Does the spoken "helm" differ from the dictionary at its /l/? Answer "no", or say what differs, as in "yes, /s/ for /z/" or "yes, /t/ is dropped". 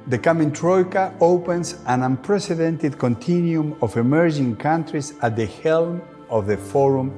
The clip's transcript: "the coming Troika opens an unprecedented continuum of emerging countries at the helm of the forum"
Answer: no